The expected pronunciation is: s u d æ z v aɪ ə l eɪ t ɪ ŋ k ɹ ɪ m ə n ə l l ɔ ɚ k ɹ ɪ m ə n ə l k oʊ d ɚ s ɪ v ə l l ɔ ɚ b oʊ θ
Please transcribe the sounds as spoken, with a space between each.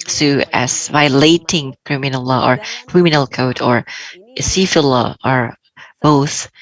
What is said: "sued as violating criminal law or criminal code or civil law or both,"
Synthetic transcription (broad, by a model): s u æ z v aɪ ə l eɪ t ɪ ŋ k ɹ ɪ m ə n ə l l ɔ ɚ k ɹ ɪ m ə n ə l k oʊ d ɚ s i f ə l l ɔ ɚ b oʊ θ